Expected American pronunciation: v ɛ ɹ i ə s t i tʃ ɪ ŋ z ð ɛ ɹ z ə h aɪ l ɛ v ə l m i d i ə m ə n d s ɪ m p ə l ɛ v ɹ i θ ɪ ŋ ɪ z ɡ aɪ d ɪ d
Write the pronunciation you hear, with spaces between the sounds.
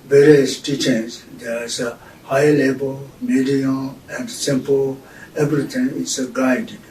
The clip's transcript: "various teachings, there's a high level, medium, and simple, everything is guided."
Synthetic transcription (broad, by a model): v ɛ ɹ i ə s t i tʃ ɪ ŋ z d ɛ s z ə h aɪ l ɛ b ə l m i d i ə m ə n d s ɪ m p ə l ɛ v ɹ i t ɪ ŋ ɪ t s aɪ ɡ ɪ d